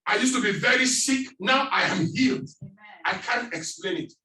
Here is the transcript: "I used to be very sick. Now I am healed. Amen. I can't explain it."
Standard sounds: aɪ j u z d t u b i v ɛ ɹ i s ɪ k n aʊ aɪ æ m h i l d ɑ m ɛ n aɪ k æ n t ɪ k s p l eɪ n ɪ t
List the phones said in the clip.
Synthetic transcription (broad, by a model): aɪ j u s t u b i v ɛ ɹ i s ɪ k n aʊ aɪ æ m h i l d ɑ ɪ k æ n t ɪ k s p l eɪ n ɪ t